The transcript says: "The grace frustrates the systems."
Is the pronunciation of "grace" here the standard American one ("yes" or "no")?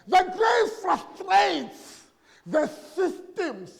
no